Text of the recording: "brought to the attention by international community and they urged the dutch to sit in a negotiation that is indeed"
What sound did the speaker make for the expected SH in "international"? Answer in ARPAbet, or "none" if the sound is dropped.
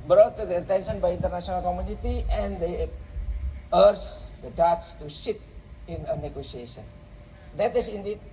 S